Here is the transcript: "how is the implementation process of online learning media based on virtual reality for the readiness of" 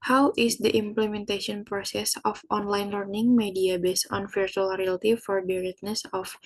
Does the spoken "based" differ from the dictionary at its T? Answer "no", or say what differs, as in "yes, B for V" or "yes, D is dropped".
yes, T is dropped